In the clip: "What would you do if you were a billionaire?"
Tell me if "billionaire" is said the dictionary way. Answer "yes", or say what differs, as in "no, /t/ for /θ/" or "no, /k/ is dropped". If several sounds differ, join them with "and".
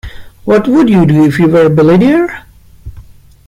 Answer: no, /n/ is dropped